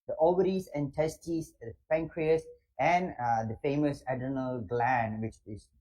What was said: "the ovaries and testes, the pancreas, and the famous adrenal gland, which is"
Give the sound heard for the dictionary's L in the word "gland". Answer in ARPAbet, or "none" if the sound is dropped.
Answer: L